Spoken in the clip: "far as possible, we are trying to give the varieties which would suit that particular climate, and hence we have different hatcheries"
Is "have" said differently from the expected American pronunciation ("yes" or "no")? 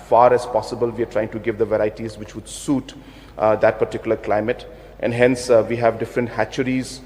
no